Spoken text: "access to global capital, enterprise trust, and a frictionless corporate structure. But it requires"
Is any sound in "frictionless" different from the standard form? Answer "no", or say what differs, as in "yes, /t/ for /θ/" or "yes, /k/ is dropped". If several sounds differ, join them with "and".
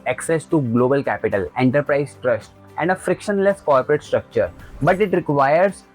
no